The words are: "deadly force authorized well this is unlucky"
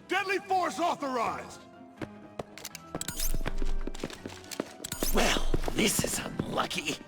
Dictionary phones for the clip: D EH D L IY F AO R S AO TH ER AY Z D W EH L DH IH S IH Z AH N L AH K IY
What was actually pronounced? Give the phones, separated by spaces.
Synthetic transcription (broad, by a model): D EH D L IY F AO R S AO TH ER AY Z D W EH L DH IH S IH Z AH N L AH K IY